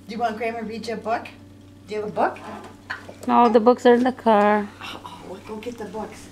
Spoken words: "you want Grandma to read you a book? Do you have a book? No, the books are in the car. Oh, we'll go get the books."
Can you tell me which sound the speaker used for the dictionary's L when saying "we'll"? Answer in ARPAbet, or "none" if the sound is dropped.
W